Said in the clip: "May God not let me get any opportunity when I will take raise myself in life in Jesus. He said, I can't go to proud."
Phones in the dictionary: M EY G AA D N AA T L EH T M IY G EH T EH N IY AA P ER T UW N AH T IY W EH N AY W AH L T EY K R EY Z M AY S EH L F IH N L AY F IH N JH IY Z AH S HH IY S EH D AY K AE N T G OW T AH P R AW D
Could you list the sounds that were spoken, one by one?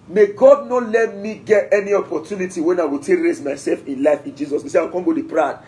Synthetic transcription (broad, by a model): M EY G AA D N AA T L EH T M IY G EH T EH N IY AA P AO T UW N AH T IY W EH N AY W AH L T EY K R EY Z M AY S EH L F IH N L AY F IH N JH IY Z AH S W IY S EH AY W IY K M G OW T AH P R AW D